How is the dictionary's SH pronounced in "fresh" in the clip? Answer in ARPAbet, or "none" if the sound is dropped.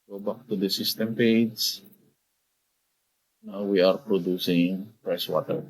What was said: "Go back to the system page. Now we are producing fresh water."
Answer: S